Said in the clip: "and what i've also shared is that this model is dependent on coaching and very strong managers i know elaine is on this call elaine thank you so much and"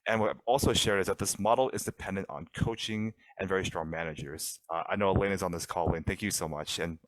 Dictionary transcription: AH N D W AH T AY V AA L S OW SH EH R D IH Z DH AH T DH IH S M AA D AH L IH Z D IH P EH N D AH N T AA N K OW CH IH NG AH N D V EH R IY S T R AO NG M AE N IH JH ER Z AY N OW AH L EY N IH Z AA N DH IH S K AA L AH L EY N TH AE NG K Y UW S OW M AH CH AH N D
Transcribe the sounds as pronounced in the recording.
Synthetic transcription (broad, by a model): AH N W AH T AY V AA L S OW SH EH R D IH Z DH AH T DH IH S M AA D L IH Z D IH P EH N D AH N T N K OW CH IH NG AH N V EH R IY S T R AO NG M AE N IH JH ER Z AY N OW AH L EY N IH Z N DH IH S K AA L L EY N TH AE NG K Y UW S OW M AH CH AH N